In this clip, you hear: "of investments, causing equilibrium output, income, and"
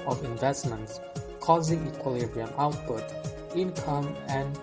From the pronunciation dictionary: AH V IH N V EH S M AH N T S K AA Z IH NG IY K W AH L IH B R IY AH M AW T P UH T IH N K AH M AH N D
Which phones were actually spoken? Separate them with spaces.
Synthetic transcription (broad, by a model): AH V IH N V EH S M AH N T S K AA Z IH NG IY K W AH L IH B R IY AH M AW T P UH T IH N K AH M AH N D